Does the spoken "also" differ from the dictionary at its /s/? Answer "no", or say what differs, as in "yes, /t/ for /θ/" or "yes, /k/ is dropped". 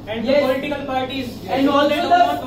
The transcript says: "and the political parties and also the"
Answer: yes, /s/ is dropped